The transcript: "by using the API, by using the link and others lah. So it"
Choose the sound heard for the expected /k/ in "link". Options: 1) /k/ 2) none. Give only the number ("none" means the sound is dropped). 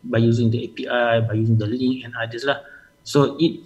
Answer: 2